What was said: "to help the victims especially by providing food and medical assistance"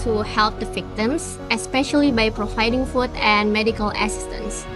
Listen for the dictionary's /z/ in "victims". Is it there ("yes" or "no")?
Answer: no